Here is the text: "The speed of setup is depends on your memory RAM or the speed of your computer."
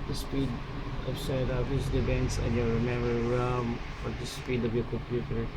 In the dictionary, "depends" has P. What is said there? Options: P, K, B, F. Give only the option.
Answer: B